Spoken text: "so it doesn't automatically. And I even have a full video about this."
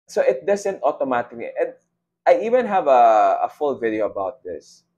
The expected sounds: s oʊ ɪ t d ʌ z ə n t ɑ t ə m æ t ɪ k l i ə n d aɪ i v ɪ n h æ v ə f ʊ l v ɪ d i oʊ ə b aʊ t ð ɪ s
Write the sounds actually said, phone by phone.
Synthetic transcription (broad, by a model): s oʊ ɪ t d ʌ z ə n t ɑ t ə m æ t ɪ k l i ə n d aɪ i v ɪ n h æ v ə f ʊ l v ɪ d i oʊ ə b aʊ t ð ɪ s